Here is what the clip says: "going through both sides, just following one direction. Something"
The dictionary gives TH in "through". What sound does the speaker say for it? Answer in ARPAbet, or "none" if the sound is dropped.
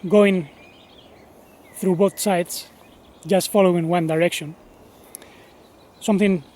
TH